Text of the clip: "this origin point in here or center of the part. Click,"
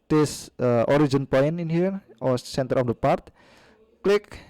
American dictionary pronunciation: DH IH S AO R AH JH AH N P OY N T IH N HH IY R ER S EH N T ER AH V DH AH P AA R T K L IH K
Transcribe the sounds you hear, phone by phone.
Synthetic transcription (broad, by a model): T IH S AO R AH JH AH N P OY N IH N HH IY R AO S EH N T ER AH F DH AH P AA R T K L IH K